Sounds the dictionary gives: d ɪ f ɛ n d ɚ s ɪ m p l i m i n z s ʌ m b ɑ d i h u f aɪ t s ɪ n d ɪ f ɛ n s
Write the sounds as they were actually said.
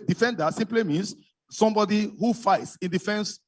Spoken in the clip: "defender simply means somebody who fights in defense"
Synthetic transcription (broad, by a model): d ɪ f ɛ n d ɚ s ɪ m p l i m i n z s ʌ m b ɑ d i h u f aɪ t s ɪ n d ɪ f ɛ n s